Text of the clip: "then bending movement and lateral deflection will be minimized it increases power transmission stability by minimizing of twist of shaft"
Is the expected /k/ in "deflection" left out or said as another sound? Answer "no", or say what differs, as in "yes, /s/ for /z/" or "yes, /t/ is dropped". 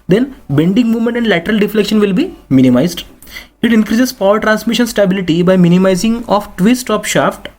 no